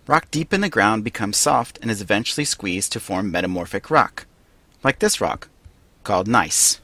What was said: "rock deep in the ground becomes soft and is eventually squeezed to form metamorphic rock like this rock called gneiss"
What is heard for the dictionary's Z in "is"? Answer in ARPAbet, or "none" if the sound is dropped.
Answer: Z